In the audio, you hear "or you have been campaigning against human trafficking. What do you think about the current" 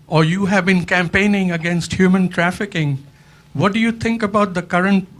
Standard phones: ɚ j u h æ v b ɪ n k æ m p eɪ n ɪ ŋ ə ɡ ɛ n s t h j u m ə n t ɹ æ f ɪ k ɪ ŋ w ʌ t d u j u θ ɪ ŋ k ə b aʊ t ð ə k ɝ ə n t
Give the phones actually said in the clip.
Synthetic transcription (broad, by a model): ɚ j u h æ v b ɪ n k æ m p eɪ n ɪ ŋ ə ɡ ɛ n s t h j u m ə n t ɹ æ f ɪ k ɪ ŋ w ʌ t d u j u t ɪ ŋ k ə b aʊ t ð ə k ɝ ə n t